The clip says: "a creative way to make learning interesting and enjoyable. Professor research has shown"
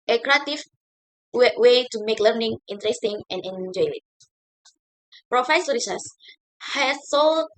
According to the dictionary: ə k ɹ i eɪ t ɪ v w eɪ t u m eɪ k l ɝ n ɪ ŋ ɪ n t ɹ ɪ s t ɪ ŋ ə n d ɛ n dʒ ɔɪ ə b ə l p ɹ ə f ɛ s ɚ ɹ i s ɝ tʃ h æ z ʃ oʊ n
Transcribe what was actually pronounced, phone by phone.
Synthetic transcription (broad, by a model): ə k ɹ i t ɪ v w eɪ t u m eɪ k l ɝ n ɪ ŋ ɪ n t ɹ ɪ s t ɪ ŋ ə n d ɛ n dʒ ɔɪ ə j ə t p ɹ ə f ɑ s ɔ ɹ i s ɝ s h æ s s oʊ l